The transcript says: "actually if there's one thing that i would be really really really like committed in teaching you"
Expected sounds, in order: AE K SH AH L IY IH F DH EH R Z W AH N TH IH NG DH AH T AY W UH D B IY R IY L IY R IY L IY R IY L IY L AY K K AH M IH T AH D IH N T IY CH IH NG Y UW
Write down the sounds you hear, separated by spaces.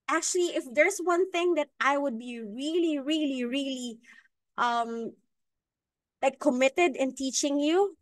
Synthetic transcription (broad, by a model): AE K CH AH L IY IH F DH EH R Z W AH N TH IH NG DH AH T AY W UH D B IY R IY L IY R IY L IY R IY L IY L AY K K AH M IH T AH D IH N T IY CH IH NG Y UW